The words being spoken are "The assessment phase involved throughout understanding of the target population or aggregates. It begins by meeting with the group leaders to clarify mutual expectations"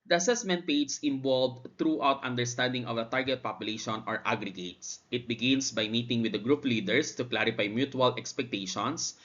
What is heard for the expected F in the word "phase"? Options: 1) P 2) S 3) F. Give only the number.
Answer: 1